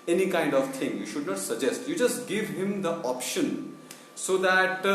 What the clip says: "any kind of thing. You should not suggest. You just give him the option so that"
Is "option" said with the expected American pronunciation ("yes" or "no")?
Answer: yes